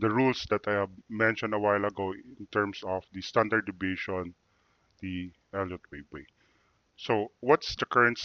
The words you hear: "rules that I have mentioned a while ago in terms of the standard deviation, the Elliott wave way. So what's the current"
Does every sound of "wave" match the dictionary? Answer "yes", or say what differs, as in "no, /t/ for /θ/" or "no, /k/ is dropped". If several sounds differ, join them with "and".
no, /b/ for /v/